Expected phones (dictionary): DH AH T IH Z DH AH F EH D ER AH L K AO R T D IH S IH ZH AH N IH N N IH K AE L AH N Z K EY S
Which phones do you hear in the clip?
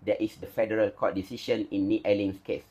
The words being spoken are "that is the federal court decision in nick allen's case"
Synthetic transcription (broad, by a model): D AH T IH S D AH F EH D ER AH L K AO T D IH S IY SH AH N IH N N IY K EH L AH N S K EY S